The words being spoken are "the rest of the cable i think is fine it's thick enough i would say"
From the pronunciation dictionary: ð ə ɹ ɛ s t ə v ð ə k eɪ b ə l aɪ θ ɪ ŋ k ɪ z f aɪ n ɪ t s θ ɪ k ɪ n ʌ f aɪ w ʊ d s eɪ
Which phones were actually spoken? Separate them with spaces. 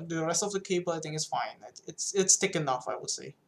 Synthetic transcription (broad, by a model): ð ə ɹ ɛ s t ə v ð ə k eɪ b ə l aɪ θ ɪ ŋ ɪ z f aɪ n ɪ t s t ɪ k ɪ n ʌ f aɪ w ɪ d s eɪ